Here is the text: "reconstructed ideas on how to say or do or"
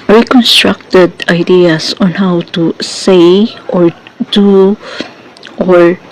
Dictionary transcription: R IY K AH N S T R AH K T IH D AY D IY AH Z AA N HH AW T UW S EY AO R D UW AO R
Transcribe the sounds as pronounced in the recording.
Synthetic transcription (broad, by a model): R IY K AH N S T R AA K T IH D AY D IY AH S AA N HH AW T UW S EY AO R D UW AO R